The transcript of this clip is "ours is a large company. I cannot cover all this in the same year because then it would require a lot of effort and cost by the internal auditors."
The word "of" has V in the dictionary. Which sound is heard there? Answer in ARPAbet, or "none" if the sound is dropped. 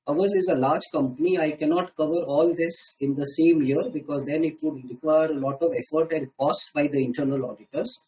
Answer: V